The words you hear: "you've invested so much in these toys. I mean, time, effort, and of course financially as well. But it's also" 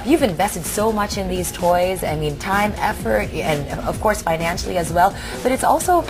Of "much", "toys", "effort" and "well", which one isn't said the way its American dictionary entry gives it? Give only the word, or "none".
none